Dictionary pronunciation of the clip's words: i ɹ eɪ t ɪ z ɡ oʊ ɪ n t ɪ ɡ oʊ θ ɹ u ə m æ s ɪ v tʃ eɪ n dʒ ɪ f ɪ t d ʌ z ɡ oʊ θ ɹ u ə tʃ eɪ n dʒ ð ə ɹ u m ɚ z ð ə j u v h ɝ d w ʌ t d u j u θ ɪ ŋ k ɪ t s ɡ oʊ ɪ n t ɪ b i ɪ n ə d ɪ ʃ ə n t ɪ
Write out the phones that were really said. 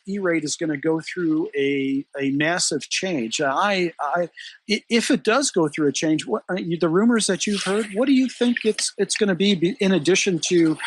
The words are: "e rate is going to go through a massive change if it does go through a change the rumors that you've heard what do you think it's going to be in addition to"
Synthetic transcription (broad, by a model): i ɹ eɪ t ɪ z ɡ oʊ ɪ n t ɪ ɡ oʊ θ ɹ u ə m æ s ɪ v tʃ eɪ n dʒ ɪ f ɪ t d ʌ z ɡ oʊ θ ɹ u ə tʃ eɪ n dʒ ð ə ɹ u m ɚ z ð ə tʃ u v h ɝ d w ʌ t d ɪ j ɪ θ ɪ ŋ k ɪ t s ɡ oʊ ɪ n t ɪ b i ɪ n ə d ɪ ʃ ə n t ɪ